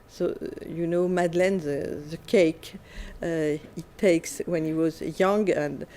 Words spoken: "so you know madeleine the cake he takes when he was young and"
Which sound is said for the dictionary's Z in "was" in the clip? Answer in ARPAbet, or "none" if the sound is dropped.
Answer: Z